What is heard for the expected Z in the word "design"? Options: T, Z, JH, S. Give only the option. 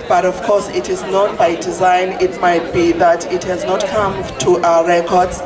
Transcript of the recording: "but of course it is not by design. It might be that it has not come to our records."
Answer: Z